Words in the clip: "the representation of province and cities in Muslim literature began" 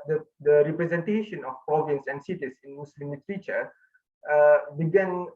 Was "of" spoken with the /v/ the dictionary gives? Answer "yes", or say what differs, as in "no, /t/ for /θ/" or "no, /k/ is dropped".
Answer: no, /f/ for /v/